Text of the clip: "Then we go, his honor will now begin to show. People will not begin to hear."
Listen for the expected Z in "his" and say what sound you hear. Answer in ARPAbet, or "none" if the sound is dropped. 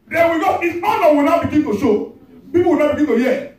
S